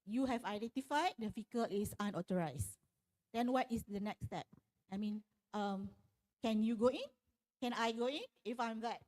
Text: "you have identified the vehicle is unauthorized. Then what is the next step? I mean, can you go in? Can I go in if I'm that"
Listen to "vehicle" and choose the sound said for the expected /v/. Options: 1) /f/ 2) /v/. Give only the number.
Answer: 1